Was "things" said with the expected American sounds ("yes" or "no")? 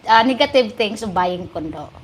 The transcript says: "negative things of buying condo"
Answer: no